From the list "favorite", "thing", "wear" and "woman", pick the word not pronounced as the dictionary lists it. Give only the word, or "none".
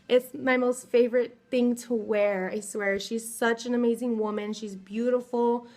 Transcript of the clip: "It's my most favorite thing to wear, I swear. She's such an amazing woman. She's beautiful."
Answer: none